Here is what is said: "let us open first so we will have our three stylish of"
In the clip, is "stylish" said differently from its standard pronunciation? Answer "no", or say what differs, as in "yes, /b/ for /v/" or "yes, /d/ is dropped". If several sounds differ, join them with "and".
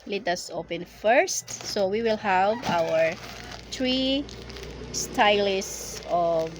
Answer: yes, /s/ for /ʃ/